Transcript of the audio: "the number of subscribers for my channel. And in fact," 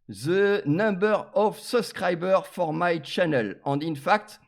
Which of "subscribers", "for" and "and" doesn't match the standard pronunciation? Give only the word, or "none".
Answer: subscribers